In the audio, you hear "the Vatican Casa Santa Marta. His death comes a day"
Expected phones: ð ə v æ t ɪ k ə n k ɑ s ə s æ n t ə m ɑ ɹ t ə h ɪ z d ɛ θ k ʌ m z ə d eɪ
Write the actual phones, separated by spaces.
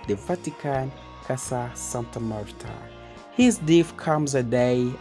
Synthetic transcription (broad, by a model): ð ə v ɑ t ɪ k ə n k ɑ s ə s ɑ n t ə m ɑ ɹ t ə h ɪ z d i f k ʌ m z ə d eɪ